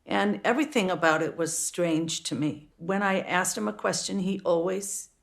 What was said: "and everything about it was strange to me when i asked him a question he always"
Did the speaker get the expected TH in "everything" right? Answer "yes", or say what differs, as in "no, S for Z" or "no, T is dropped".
yes